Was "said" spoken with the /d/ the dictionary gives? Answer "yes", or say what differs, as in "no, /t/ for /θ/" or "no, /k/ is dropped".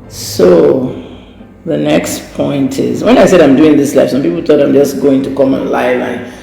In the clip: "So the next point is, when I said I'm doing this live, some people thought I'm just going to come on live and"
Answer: yes